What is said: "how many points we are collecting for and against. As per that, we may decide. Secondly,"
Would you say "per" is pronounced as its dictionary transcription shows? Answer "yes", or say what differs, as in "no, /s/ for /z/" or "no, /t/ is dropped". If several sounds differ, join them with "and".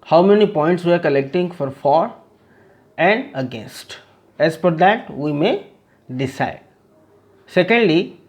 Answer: no, /f/ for /p/